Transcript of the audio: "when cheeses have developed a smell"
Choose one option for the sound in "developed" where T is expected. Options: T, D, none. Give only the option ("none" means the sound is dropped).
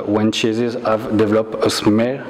none